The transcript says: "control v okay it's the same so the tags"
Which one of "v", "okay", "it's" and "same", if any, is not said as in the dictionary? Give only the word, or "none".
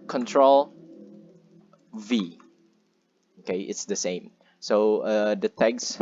none